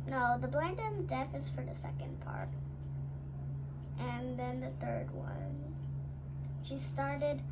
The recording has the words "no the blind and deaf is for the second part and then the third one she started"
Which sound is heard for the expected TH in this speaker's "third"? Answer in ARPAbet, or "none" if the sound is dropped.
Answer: TH